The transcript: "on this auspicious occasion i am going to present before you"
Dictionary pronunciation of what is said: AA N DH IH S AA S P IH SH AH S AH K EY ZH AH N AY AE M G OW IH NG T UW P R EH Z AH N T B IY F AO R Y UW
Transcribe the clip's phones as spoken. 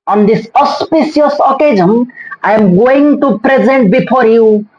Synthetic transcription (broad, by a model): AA N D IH S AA S P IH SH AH S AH K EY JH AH N AY M G OW IH NG T UW P R EH Z AH N T B IY F AO R Y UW